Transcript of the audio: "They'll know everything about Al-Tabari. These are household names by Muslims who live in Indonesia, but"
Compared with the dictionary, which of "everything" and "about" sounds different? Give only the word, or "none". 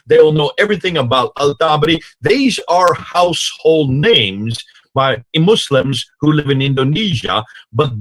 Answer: none